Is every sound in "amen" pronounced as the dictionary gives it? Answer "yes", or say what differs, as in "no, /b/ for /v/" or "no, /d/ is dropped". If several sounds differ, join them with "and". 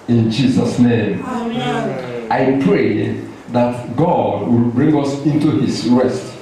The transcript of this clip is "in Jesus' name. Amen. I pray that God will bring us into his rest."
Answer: no, /m/ is dropped